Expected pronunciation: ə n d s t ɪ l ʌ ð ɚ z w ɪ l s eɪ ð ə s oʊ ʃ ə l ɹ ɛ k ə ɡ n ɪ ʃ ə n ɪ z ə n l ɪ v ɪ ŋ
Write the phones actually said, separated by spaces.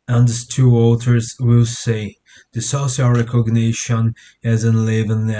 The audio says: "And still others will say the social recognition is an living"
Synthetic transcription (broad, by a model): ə n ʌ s t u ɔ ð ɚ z w ɪ l s eɪ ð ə s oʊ s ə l ɹ ɛ k ə ɡ n ɪ ʃ ə n ɪ z ə n l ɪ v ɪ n